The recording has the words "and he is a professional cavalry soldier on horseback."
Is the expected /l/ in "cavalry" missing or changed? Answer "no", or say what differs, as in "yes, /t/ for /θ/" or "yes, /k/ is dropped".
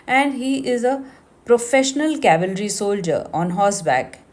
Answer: no